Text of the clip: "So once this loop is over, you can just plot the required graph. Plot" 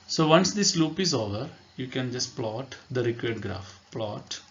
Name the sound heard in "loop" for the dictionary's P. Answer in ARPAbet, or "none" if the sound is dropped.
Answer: P